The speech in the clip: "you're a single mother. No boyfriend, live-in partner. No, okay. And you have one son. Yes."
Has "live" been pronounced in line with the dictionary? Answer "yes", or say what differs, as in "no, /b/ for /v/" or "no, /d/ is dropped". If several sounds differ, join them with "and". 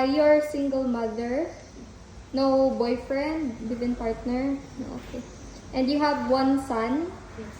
no, /w/ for /l/